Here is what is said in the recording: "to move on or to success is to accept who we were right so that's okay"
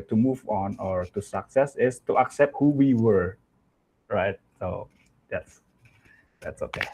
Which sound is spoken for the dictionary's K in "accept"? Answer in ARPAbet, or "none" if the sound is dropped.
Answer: K